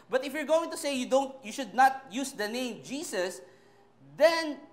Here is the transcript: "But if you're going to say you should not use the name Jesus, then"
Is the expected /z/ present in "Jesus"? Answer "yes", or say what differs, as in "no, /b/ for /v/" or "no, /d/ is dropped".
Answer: no, /s/ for /z/